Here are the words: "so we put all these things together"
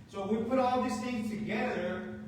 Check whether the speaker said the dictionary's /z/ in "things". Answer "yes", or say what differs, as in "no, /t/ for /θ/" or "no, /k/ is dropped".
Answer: no, /z/ is dropped